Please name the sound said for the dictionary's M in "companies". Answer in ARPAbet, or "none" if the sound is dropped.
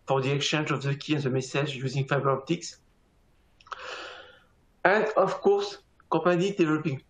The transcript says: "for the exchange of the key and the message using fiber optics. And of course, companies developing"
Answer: none